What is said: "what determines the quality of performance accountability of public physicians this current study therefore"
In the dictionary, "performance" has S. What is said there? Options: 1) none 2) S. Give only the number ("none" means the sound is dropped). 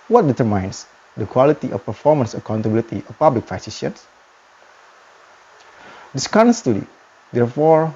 2